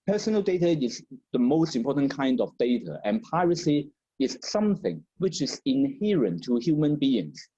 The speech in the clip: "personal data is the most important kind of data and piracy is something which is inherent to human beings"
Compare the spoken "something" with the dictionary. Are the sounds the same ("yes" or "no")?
yes